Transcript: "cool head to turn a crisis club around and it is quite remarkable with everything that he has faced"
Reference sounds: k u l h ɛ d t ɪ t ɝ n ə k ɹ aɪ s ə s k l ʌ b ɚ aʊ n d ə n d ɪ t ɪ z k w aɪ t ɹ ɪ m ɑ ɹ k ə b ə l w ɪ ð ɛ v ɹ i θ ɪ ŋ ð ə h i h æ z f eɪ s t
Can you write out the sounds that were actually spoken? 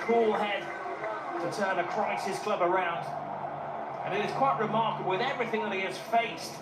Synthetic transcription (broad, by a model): k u l h ɛ d t ɪ t ɝ n ə k ɹ aɪ s ə s k l ʌ b ɚ aʊ n d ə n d ɪ t ɪ z k w aɪ t ɹ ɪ m ɑ ɹ k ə b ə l w ɪ ð ɛ v ɹ i θ ɪ ŋ ð ə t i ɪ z f eɪ s t